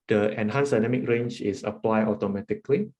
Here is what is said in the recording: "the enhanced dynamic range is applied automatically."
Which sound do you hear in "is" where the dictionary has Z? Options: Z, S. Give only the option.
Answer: S